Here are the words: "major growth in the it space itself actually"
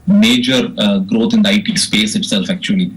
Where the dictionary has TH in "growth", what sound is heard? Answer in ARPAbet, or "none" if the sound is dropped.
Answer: T